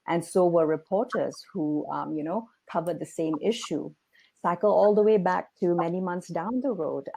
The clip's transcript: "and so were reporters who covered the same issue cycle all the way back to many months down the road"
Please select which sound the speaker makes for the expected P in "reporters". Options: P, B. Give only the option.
P